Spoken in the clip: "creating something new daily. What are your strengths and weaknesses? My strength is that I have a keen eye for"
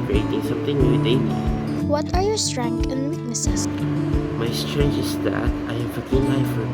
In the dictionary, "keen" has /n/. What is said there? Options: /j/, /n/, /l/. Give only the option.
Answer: /l/